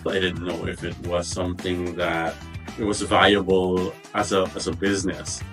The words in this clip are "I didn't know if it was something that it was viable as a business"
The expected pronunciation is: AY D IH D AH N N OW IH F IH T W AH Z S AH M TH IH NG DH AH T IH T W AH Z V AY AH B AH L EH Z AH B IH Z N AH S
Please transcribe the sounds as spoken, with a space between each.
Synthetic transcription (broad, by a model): AY D IH D N N OW IH F IH T W AH Z S AH M TH IH NG DH AH T IH T W AH Z V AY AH B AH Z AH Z AH B IH Z N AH S